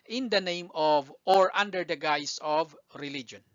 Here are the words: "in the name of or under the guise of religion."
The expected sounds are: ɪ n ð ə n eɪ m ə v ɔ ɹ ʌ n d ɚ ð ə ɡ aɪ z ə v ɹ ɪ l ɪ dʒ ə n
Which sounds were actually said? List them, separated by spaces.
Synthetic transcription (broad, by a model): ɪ n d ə n eɪ m ə v ɔ ɹ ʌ n d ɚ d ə ɡ aɪ s ə v ɹ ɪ l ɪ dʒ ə n